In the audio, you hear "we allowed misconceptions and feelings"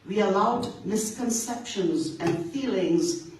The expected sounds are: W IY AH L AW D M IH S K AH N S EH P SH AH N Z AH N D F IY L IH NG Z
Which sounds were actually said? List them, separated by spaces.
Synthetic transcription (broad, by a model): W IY AH L AW D M IH S K AH N S EH P SH AH N Z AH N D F IY L IH NG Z